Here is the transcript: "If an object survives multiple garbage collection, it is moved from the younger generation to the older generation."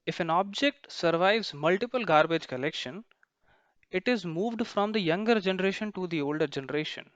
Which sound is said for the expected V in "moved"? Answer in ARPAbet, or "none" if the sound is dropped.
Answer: V